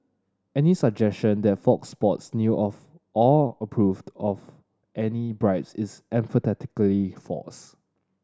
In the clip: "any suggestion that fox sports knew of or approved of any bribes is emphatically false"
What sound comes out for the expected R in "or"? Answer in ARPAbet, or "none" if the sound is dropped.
L